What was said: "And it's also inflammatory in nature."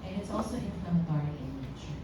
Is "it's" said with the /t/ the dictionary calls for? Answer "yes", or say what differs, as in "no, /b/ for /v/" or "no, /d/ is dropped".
yes